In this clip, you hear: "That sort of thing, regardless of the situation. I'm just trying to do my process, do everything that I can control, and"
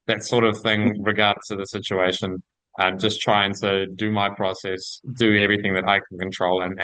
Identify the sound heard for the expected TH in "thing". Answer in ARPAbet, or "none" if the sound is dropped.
TH